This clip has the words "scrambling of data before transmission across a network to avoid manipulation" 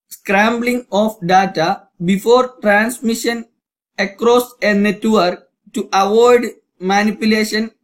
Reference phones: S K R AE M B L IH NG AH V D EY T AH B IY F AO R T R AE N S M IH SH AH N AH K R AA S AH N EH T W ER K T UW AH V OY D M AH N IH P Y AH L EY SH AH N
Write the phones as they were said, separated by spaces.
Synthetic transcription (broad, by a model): S K R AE M B L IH NG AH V D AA T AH B IY F AO R T R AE N S M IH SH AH N AH K R AA S AH N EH T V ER K T UW AH V OY D M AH N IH P Y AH L EY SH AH N